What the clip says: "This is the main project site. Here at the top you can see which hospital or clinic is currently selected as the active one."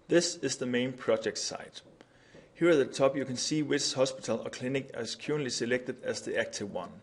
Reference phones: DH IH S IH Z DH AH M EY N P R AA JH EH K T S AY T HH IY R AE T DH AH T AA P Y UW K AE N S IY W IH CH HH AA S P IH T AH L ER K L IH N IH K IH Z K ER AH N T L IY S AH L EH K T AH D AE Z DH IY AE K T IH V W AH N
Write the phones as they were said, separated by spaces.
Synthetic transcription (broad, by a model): DH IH S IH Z DH AH M EY N P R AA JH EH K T S AY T HH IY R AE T DH AH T AA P Y UW K AE N S IY W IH S HH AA S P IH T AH L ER K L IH N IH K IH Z K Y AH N L IY S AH L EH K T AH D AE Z DH IY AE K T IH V W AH N